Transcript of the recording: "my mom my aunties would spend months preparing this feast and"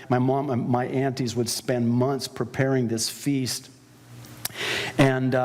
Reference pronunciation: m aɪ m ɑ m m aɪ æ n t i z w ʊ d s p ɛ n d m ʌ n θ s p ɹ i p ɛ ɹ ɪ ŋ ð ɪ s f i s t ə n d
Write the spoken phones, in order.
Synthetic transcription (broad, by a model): m aɪ m ɑ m m aɪ æ n t i z w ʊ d s p ɛ n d m ʌ n θ s p ɹ i p ɛ ɹ ɪ ŋ ð ɪ s f i s t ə n